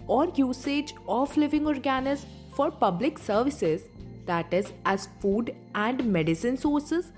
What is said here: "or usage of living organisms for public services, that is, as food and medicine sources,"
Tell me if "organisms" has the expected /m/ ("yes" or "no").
no